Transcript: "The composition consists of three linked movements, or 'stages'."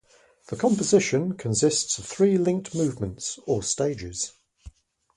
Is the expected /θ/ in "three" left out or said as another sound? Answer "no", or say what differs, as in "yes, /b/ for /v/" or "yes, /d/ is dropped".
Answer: no